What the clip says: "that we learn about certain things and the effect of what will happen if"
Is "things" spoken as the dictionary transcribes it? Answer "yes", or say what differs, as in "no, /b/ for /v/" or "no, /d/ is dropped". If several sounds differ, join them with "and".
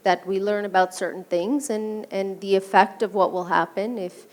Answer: yes